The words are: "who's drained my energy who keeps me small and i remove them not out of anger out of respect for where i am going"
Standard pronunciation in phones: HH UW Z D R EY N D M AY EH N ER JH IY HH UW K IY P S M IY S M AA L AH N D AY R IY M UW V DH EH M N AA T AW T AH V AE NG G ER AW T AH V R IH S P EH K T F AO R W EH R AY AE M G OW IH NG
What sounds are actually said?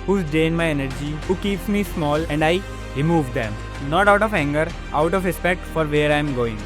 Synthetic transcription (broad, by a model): HH UW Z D EY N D M AY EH N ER JH IY HH UW K IY P S M IY S M AA L AH N D AY R IY M UW V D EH M N AA T AW T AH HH AE NG G ER AW T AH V R IH S P EH K T F AO R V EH R AY M G OW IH NG